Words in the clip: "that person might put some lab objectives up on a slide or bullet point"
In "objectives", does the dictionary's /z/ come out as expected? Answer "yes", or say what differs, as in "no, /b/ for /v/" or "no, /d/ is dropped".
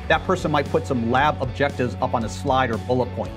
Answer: yes